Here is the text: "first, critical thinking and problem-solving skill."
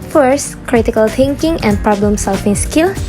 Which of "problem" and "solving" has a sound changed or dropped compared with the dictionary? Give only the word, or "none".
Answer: solving